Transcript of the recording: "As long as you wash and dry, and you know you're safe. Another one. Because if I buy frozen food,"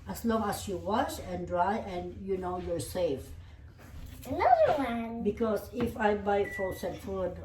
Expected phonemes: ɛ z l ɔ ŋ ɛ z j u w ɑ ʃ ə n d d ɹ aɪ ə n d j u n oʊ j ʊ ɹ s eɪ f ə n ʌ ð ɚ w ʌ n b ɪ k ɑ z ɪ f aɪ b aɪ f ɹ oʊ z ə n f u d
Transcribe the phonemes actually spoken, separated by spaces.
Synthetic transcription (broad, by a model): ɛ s l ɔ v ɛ s j u w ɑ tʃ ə n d d ɹ aɪ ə n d j u n oʊ j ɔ ɹ s eɪ f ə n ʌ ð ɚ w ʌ n b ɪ k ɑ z ɪ f aɪ b aɪ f oʊ s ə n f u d